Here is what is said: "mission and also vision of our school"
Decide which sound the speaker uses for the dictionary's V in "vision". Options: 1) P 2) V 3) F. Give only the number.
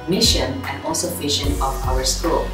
3